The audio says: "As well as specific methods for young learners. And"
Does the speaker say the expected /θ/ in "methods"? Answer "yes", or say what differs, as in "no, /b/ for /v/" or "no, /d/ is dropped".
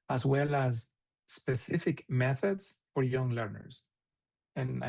yes